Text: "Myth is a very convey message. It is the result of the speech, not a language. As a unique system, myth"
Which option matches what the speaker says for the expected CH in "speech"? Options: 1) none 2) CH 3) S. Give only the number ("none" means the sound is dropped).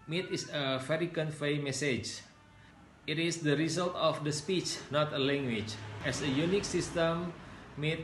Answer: 2